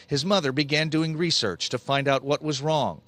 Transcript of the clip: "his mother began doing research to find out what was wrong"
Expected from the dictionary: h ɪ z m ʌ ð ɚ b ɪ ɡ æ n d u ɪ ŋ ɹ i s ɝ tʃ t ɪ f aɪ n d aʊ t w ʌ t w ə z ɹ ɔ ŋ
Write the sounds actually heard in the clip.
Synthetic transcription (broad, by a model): h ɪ z m ʌ ð ɚ b ɪ ɡ æ n d u ɪ ŋ ɹ i s ɝ tʃ t ɪ f aɪ n d aʊ t w ʌ t w ə z ɹ ɔ ŋ